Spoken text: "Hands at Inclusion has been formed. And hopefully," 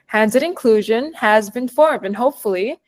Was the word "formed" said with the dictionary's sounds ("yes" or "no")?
yes